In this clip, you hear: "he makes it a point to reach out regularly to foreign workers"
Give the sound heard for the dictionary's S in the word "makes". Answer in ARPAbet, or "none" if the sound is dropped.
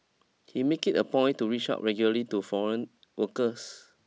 none